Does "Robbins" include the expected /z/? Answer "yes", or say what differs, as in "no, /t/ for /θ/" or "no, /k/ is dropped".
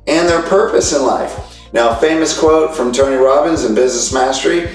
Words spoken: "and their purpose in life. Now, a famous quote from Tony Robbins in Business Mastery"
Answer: yes